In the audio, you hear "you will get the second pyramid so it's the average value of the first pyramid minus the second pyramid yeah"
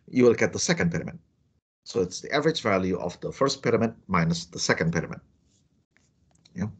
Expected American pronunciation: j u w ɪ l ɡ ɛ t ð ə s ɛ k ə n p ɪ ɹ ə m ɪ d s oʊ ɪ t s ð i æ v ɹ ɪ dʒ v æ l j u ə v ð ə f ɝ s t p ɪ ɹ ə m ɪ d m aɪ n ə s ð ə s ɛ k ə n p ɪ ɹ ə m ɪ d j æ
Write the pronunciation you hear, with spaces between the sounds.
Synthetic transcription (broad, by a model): j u w ɪ l ɡ ɛ t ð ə s ɛ k ə n p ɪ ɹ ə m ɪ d s oʊ ɪ t s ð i æ v ɹ ɪ dʒ v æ l j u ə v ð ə f ɝ s t p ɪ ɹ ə m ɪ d m aɪ n ə s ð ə s ɛ k ə n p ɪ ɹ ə m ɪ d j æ